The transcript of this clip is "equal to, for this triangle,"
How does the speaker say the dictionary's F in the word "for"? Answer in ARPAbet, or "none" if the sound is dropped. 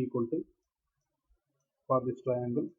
P